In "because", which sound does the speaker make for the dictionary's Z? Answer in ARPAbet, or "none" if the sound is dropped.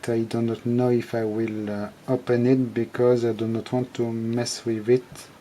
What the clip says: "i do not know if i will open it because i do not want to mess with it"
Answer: Z